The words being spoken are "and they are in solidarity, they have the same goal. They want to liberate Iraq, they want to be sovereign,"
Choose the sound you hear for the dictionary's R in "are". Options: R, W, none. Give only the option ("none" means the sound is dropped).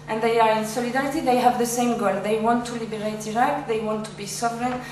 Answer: R